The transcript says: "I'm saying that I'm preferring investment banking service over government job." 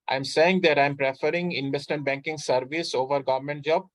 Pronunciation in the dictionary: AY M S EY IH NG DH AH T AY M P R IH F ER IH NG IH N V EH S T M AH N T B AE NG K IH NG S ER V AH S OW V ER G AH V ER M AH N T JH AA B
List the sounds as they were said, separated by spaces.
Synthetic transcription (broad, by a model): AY M S EY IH NG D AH T AY M P R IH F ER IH NG IH N V EH S T M AH N T B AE NG K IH NG S ER V AH S OW V ER G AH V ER M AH N T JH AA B